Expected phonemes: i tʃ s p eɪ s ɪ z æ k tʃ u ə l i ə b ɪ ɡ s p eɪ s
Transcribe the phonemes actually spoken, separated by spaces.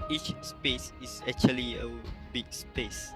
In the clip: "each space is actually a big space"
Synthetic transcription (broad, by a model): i tʃ s p eɪ s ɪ s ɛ k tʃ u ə l i ə b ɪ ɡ s p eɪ s